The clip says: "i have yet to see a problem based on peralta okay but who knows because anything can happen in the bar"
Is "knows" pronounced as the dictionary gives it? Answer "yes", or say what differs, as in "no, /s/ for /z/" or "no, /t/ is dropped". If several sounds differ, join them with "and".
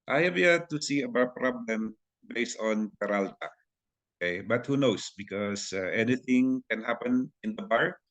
no, /s/ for /z/